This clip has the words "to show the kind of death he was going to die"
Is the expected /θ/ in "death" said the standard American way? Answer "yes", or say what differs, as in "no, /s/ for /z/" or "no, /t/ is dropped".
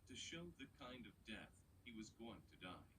yes